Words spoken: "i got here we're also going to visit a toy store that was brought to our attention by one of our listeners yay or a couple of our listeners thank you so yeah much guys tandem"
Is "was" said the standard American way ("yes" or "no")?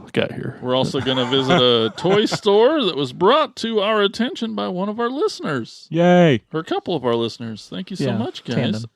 yes